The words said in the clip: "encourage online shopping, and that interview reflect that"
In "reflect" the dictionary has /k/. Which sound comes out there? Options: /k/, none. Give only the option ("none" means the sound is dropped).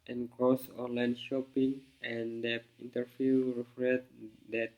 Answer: none